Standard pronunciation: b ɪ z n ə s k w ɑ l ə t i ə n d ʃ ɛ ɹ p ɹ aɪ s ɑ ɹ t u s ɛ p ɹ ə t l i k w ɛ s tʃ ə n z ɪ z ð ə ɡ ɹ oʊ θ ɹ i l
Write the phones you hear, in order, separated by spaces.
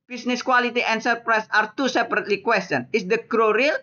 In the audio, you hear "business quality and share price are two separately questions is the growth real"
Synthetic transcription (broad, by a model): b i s n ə s k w ɑ l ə t i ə n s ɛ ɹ p ɹ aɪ s ɑ ɹ t u s ɛ p ɹ ə t l i k w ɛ s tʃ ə n ɪ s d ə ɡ ɹ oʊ ɹ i l